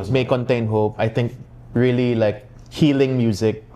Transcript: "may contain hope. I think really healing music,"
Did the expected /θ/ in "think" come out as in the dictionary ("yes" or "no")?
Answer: no